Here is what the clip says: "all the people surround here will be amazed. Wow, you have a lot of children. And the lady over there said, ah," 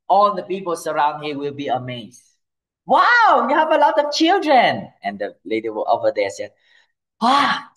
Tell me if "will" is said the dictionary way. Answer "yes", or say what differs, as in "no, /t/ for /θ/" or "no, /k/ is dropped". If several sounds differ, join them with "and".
yes